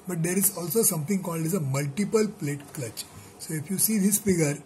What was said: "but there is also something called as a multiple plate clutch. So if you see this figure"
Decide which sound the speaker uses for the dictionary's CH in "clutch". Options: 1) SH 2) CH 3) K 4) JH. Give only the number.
2